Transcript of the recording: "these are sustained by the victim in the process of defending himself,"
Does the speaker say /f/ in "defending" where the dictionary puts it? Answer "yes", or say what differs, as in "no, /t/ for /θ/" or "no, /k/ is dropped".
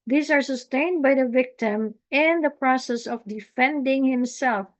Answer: yes